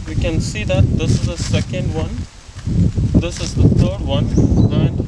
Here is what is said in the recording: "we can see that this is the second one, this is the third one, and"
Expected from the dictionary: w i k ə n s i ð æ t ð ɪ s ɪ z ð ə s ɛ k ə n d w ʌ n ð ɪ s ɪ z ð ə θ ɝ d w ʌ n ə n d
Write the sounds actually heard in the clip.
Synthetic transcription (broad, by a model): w i k ə n s i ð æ t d ɪ s ɪ z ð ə s ɛ k ə n d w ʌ n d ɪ s ɪ z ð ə t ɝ d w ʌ n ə n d